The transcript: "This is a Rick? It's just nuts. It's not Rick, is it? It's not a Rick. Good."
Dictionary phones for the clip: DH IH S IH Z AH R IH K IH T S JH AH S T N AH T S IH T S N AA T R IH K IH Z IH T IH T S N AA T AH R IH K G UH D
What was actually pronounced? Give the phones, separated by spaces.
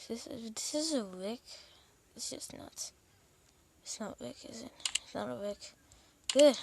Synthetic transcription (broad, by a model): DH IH S IH Z AH W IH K IH T S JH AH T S N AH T IH T S N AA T W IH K IH Z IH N IH T S N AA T AH W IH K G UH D